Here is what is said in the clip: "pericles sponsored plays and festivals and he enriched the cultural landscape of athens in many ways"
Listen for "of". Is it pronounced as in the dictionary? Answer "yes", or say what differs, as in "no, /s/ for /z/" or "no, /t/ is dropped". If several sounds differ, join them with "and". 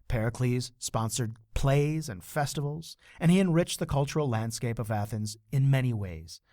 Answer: yes